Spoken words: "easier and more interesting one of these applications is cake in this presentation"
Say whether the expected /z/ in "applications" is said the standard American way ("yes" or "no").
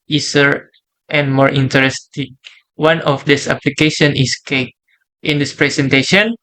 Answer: no